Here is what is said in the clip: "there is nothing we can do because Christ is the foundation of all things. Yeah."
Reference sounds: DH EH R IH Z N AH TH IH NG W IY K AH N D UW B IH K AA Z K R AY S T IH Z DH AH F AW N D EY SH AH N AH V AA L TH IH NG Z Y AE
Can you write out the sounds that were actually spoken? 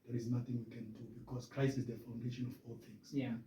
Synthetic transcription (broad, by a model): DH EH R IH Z N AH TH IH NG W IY K AH N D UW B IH K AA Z K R AY S IH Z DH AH F AW N D EY SH AH N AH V AA L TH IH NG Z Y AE